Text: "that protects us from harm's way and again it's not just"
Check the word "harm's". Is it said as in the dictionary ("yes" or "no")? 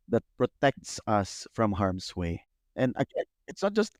no